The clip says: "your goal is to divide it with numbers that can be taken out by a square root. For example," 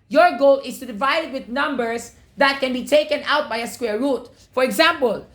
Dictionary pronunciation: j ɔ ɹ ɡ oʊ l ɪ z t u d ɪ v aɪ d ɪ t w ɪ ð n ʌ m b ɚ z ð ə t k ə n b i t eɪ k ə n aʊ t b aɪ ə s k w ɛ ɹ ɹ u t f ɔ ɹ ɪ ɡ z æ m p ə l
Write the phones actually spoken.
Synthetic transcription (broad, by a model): j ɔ ɹ ɡ oʊ l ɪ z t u d ɪ v aɪ d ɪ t w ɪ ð n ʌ m b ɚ s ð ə t k ə n b i t eɪ k ə n aʊ t b aɪ ə s k w ɛ ɹ ɹ u t f ɔ ɹ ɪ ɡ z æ m p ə l